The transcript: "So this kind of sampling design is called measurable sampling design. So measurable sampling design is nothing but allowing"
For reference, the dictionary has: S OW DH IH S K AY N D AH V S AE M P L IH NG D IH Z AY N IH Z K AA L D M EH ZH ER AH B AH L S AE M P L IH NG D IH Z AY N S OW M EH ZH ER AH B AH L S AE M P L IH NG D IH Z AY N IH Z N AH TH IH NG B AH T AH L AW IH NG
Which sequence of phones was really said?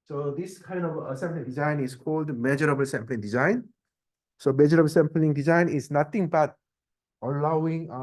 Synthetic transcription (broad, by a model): S OW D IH S K AY N D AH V S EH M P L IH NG D IH Z AY N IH S K AA L D M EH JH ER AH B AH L S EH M P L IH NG D IH Z AY N S OW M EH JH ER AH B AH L S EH M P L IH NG D IH Z AY N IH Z N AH T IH NG B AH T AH L AW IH NG